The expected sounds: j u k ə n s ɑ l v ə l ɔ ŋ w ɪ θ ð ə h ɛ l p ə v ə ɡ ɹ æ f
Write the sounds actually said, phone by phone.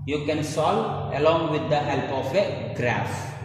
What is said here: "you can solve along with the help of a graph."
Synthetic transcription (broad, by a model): j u k ə n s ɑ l ə l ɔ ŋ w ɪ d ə h ɛ l p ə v ə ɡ ɹ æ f